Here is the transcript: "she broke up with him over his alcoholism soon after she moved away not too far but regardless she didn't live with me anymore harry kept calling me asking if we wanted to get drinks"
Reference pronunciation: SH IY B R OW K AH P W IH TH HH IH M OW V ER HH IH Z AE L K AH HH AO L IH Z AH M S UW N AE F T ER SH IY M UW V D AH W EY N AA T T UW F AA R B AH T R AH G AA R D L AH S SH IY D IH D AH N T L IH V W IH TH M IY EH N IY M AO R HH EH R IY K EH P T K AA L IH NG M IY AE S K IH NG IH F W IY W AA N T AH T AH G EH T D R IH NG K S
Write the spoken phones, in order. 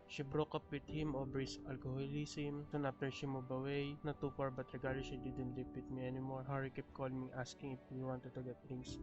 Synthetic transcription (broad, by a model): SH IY B R OW K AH P W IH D HH IH M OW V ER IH S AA L K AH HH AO L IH S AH M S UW N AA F T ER SH IY M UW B AH W EY N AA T T UW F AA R B AH T R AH G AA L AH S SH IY D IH D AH N T L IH P W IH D M IY EH N IY M AO R HH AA R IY K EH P K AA L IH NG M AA S K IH NG IH F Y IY W AA N T AH T AH G EH T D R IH NG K S